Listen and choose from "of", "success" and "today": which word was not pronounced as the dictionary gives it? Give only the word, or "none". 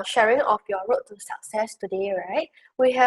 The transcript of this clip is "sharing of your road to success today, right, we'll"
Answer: of